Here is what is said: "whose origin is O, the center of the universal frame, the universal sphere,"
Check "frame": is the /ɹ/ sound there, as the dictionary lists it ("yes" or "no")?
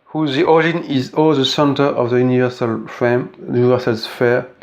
no